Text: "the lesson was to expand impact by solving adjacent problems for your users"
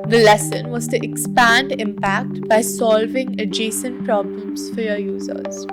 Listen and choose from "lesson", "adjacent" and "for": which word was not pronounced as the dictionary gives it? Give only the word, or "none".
none